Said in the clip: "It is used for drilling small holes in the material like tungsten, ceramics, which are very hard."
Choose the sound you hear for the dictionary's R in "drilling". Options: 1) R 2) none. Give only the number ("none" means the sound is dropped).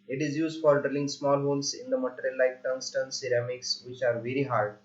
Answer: 1